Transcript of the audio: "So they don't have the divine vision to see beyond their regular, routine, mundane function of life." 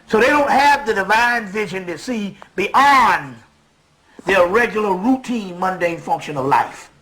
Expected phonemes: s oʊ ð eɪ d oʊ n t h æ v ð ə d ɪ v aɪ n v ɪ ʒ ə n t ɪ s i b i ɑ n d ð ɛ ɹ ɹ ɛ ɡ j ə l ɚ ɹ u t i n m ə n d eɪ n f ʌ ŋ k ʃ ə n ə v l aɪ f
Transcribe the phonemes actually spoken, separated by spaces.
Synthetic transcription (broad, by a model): s oʊ ð eɪ d oʊ n t h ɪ v ð ə d ɪ v aɪ n v ɪ ʒ ə n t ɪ s i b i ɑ n ð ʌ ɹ ɹ ɛ ɡ j l ɚ ɹ u t i n m ə n d eɪ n f ʌ ŋ k ʃ ə n ə v l aɪ f